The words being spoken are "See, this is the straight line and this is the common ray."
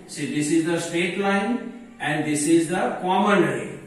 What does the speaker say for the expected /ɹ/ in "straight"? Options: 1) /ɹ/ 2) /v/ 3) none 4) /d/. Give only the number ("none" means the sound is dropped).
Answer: 3